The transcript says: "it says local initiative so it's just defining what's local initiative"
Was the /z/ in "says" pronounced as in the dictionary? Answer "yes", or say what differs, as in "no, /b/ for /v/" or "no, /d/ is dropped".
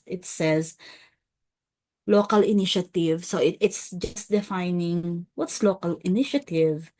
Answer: yes